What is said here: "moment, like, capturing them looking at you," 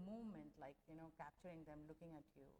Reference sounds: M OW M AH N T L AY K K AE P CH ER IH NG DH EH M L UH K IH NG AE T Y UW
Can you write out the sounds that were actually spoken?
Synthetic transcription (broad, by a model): M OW M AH N T L AY K K AE P CH ER IH NG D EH M L UH K IH NG AE T Y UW